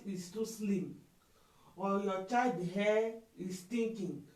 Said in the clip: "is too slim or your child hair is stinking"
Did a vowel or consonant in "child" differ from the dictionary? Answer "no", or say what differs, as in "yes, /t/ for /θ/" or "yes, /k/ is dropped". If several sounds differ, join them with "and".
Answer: yes, /l/ is dropped